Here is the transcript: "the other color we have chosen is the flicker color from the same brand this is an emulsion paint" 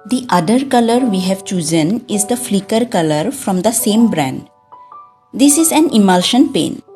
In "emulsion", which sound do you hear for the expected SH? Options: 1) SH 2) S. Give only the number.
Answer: 1